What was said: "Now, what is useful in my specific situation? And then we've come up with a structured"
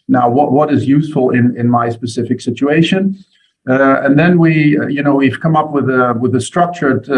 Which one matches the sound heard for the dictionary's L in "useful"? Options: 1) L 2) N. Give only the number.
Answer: 2